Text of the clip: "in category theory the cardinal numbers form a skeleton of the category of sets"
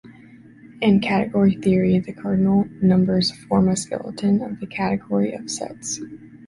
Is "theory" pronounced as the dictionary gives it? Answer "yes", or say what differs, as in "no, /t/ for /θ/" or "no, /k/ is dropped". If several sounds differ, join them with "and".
yes